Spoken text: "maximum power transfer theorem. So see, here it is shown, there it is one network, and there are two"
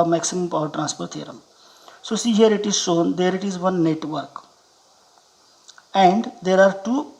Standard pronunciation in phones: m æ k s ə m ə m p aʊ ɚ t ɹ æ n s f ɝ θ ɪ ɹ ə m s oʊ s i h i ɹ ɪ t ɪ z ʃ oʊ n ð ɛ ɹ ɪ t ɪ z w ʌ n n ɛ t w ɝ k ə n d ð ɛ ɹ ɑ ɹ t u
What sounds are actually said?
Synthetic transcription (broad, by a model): m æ k s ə m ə m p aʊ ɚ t ɹ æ n s p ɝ t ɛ ɹ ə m s oʊ s i h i ɹ ɪ t ɪ z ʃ oʊ n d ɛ ɹ ɪ t ɪ z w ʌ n n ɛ t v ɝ k ə n d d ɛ ɹ ɑ ɹ t u